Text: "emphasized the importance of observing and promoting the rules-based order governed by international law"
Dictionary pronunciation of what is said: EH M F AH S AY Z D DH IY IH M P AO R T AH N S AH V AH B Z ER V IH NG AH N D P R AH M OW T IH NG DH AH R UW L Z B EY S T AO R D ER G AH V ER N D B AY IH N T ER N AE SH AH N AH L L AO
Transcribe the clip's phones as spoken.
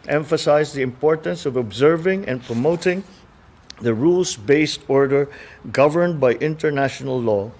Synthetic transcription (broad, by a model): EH M F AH S AY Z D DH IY IH M P AO R T AH N S AH V AH B Z ER V IH NG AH N P R AH M OW T IH NG DH AH R UW L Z B EY S T AO R D ER G AH V ER N D B AY IH N T ER N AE SH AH N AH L L AO